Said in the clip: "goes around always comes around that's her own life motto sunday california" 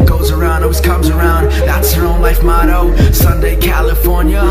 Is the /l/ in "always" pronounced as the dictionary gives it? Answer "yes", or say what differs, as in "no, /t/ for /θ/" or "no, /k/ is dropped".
no, /l/ is dropped